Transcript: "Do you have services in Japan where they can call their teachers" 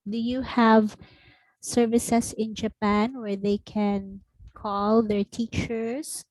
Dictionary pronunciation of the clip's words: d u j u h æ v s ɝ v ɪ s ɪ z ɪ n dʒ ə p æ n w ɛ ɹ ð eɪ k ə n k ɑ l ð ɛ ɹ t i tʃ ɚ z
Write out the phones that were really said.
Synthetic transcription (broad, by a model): d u j u h æ v s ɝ v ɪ s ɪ s ɪ n dʒ ə p æ n w ɛ ɹ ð eɪ k ə n k ɑ l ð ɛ ɹ t i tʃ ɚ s